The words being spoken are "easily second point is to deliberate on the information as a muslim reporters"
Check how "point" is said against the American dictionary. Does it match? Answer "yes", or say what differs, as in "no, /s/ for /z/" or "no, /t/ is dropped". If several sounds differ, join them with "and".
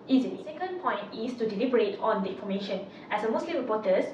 yes